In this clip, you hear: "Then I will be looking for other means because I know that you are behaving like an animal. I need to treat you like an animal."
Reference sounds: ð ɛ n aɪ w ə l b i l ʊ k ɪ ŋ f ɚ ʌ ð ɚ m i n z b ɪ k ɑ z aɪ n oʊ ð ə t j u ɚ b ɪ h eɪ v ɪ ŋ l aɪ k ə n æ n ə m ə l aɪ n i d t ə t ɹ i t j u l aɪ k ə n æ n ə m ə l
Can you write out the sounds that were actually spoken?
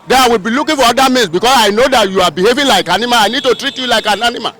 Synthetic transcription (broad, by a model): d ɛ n aɪ w ə l b i l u k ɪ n f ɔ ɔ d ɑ m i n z b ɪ k ɑ s aɪ n oʊ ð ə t j u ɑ b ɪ h eɪ v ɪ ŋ l aɪ k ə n n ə m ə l aɪ n i d t ə t ɹ i t j u l aɪ k ə n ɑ n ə m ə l